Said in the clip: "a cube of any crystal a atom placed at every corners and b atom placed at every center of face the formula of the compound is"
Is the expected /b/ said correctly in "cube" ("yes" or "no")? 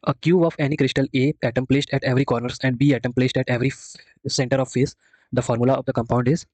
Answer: no